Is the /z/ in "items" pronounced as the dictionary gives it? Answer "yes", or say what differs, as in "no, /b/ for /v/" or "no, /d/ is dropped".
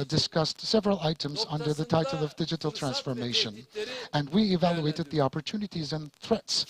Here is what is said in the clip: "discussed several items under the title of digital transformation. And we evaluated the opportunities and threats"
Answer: yes